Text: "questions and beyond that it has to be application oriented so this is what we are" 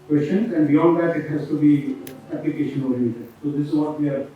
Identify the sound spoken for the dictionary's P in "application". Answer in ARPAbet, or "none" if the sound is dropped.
P